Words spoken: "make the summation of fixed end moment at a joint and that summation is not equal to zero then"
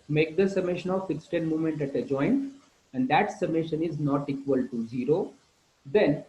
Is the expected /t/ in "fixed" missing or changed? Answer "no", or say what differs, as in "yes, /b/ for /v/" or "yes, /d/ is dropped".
no